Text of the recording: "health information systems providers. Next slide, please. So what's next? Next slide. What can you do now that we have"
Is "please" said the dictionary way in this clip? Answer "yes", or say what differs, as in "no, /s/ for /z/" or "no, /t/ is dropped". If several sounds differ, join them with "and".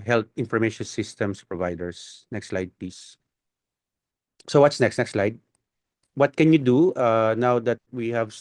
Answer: no, /l/ is dropped